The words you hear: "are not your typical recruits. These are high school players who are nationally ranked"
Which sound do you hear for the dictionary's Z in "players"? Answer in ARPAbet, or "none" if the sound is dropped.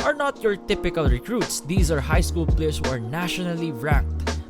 S